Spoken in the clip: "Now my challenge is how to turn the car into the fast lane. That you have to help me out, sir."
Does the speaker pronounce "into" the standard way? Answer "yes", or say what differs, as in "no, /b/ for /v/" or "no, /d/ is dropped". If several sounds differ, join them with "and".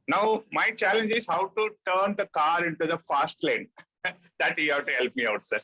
yes